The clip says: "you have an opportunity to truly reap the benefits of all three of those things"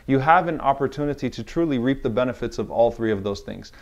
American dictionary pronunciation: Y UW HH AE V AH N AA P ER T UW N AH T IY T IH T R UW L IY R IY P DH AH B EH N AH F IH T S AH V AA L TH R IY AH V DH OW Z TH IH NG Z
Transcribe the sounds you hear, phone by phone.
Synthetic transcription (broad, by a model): Y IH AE V AH N AA P ER T UW N AH T IY T IH T R UW L IY R IY P DH AH B EH N AH F IH T S AH V AA L TH R IY AH V DH OW Z TH IH NG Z